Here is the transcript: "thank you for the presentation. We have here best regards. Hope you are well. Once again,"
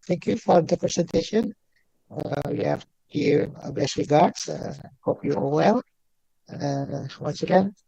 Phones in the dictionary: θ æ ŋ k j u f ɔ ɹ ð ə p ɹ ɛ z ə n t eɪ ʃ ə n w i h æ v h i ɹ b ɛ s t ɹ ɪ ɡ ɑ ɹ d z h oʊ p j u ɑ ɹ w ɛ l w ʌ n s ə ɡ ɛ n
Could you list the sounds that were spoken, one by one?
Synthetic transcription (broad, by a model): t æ ŋ k j u f ɔ ɹ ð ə p ɹ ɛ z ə n t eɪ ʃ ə n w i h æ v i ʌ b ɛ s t ɹ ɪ ɡ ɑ ɹ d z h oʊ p j u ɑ l w ɛ l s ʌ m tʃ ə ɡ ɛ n